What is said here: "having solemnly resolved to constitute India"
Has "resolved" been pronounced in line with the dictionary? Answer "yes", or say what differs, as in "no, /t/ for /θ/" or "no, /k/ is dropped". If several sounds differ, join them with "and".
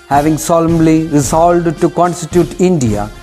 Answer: no, /v/ is dropped